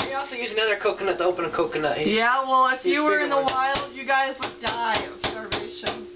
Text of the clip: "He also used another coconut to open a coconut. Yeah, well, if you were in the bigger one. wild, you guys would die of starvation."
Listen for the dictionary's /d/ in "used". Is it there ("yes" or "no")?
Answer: no